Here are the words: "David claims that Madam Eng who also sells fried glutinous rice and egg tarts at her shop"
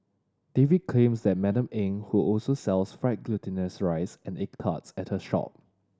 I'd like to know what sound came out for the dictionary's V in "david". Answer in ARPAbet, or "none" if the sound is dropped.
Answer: V